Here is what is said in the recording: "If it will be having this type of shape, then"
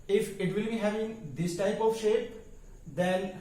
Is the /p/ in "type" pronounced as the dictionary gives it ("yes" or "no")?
yes